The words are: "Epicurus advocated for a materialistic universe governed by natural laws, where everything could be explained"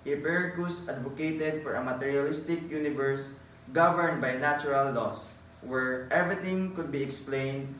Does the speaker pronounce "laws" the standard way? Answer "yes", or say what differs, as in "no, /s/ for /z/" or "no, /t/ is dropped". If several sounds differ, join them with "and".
no, /s/ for /z/